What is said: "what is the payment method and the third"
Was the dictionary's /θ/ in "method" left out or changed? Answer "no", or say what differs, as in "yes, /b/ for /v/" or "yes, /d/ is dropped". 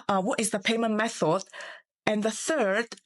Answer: no